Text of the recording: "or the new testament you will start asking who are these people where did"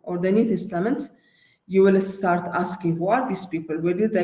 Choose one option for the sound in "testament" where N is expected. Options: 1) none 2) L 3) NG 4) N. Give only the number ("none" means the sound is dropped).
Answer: 4